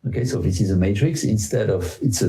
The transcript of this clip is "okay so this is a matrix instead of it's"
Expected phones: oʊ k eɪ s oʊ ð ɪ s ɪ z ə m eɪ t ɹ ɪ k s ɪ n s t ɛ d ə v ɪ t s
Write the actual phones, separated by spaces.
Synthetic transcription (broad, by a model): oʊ k eɪ s oʊ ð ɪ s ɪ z ə m eɪ t ɹ ɪ k s ɪ n s t ɛ d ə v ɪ t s